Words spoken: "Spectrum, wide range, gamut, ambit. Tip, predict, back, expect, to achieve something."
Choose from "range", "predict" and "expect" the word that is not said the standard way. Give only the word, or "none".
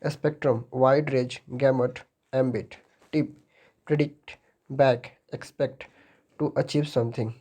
range